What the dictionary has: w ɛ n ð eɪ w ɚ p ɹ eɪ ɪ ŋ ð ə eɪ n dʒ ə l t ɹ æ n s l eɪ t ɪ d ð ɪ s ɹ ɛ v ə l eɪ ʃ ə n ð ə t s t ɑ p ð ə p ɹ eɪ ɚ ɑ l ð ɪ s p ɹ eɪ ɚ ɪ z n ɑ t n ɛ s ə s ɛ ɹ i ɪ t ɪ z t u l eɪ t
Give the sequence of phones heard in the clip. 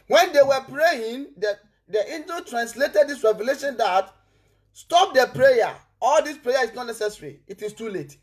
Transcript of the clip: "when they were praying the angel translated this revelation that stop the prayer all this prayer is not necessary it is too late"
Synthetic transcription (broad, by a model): w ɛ n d eɪ w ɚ p ɹ eɪ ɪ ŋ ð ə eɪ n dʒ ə t ɹ æ n s l eɪ t ɪ d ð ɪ s ɹ ɛ v ə l eɪ ʃ ə n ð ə t s t ɑ p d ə p ɹ eɪ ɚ ɑ l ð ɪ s p ɹ eɪ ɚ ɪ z n ɑ t n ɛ s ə s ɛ ɹ i ɪ t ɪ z t u l eɪ t